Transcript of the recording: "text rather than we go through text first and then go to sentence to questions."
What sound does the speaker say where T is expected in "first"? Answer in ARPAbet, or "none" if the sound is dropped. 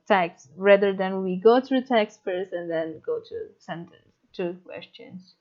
none